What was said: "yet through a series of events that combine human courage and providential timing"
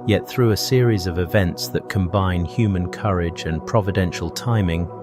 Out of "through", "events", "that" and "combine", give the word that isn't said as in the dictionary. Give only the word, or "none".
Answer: none